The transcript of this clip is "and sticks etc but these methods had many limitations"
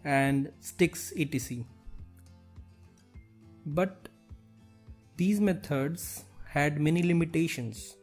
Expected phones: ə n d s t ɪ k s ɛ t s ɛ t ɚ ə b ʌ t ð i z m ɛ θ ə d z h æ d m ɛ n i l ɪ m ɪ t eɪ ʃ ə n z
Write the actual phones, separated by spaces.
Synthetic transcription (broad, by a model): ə n d s t ɪ k s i t i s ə b ʌ t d i z m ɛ t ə d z h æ d m ɛ n i l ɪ m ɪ t eɪ ʃ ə n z